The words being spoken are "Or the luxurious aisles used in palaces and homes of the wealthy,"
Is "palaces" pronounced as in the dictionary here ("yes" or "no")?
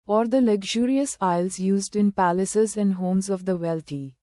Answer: yes